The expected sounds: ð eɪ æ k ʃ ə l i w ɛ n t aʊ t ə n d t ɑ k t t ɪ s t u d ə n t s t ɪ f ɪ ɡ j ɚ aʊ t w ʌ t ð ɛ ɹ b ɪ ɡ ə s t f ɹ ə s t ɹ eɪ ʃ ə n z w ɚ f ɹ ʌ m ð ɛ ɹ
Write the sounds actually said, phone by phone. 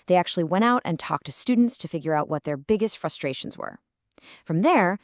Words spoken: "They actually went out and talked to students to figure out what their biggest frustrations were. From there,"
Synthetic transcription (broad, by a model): ð eɪ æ k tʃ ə l i w ɛ t aʊ t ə n t ɑ k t t ɪ s t u d n t s t ɪ f ɪ ɡ j ɚ aʊ t w ʌ t ð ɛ ɹ b ɪ ɡ ə s t f ɹ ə s t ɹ eɪ ʃ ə n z w ɚ f ɹ ʌ m ð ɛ ɹ